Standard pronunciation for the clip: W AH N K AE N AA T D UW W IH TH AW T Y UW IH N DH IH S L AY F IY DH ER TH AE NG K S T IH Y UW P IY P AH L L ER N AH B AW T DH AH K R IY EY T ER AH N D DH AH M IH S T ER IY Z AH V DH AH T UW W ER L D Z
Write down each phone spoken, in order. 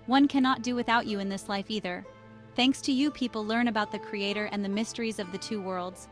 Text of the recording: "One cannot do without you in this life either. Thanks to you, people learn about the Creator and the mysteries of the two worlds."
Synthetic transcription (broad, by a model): W AH N K AE N AA T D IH W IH TH AW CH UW IH N DH IH S L AY F IY DH ER TH AE NG K S T IH Y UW P IY P L L ER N AH B AW T DH AH K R IY EY T ER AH N DH AH M IH S T ER IY Z AH V DH AH T UW W ER L D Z